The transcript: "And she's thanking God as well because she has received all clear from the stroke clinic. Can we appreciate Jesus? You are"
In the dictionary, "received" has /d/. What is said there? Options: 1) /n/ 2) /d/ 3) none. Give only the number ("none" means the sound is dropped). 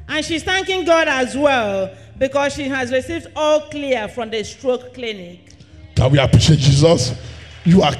2